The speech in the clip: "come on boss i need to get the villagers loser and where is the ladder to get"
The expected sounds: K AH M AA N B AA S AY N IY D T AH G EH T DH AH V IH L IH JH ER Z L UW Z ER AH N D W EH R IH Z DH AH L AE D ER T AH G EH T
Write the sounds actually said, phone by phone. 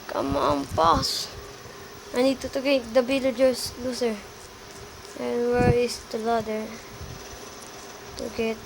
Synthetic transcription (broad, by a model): K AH M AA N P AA S AY N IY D T AH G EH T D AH B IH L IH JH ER S L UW S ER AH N W EH R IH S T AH L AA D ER T AH G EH T